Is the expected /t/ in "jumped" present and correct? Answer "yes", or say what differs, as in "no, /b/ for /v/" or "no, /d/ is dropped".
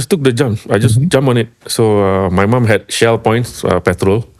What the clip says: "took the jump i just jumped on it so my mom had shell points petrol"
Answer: no, /t/ is dropped